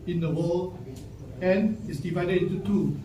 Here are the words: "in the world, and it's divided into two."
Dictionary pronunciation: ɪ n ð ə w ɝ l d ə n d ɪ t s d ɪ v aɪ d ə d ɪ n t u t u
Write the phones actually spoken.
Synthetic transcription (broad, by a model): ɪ n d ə w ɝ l ə n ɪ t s d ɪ v aɪ d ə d ɪ n t u t u